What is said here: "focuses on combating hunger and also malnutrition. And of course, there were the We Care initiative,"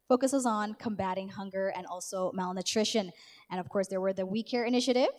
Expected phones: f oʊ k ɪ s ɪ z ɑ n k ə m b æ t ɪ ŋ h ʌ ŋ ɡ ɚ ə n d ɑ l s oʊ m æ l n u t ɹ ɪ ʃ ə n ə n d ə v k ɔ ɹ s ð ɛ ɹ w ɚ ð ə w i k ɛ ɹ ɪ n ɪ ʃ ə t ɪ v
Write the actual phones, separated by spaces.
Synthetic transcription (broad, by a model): f oʊ k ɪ s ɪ z n k ə m b æ t ɪ ŋ h ʌ ŋ ɡ ɚ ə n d ɑ l s oʊ m æ l n u t ɹ ɪ ʃ ə n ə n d ə v k ɔ ɹ s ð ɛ ɹ w ɚ ð ə w i k ɛ ɹ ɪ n ɪ ʃ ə t ɪ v